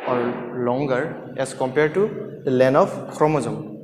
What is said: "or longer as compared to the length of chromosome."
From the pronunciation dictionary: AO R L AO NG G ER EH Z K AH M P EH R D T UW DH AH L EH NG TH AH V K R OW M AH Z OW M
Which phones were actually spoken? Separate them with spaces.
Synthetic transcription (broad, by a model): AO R L AO NG G ER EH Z K AH M P EH R D T UW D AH L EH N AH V K R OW M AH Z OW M